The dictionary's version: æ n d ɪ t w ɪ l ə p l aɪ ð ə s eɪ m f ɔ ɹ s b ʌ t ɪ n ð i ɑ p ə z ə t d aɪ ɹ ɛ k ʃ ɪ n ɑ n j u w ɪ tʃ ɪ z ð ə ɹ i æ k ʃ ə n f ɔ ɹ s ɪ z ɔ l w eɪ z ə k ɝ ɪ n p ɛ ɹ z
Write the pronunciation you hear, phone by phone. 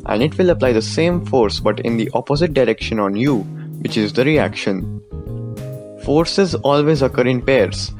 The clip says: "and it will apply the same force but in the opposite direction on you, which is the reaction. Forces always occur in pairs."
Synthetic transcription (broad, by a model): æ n d ɪ t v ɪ l ə p l aɪ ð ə s eɪ m f ɔ ɹ s b ʌ t ɪ n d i ɑ p ə z ə t d aɪ ɹ ɛ k ʃ ɪ n ɑ n j u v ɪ tʃ ɪ z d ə ɹ i æ k ʃ ə n f ɔ ɹ s ɪ z ɔ l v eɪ z ə k ɝ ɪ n p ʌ ɹ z